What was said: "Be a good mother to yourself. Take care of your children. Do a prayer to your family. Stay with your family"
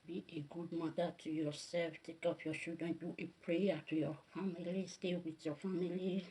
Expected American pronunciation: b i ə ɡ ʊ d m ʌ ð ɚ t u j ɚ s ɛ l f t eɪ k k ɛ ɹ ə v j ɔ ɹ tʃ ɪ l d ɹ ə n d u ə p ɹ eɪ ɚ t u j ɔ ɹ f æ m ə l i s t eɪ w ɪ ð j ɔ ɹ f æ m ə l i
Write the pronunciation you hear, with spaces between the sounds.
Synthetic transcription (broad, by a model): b i ə ɡ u d m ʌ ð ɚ t u j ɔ s ɛ l f t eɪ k k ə p j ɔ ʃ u d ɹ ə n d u ə p ɹ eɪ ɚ t u j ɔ f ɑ m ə l i s t eɪ w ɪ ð j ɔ f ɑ m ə l i